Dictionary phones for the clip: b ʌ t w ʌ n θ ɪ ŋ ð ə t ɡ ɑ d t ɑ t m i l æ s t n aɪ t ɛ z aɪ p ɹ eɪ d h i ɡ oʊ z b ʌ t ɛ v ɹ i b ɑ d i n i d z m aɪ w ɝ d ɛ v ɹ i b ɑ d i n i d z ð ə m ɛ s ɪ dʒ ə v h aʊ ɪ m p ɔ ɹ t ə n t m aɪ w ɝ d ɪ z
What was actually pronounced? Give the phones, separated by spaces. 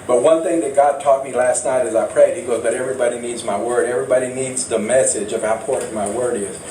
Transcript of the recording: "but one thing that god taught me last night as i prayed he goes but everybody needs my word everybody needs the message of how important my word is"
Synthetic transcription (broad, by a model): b ʌ t w ʌ n θ ɪ ŋ ð ə t ɡ ɑ d t ɑ t m i l æ s t n aɪ t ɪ z aɪ p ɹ eɪ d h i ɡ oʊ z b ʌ t ɛ v ɹ i b ɑ d i n i d z m aɪ w ɝ d ɛ v ɹ i b ɑ d i n i d z ð ə m ɛ s ɪ dʒ ə v h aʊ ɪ p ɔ ɹ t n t m aɪ w ɝ d ɪ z